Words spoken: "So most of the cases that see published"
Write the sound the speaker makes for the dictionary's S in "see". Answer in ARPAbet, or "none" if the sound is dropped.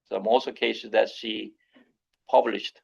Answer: SH